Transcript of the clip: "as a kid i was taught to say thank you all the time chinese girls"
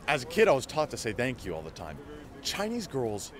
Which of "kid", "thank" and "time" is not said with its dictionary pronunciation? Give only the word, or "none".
none